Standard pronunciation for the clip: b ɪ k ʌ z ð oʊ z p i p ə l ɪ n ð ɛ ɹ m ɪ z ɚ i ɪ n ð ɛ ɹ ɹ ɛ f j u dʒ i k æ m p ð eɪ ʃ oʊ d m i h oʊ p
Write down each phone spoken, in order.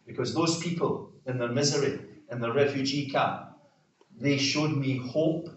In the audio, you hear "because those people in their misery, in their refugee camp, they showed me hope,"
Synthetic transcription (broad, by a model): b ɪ k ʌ z ð oʊ z p i p ə l ɪ n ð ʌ ɹ m ɪ z ɚ i ɪ n ð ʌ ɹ ɹ ɛ f j u dʒ i k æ p ð eɪ ʃ oʊ d m i h oʊ p